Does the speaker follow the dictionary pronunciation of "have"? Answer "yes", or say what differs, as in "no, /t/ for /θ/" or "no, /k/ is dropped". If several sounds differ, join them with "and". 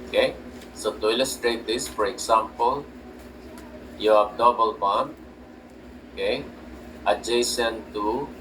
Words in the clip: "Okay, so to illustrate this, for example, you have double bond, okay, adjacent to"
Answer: no, /b/ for /v/